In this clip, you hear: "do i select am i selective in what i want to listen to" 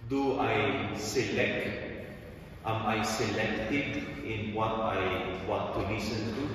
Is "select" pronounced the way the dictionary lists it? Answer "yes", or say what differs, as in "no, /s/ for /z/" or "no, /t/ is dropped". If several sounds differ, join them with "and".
yes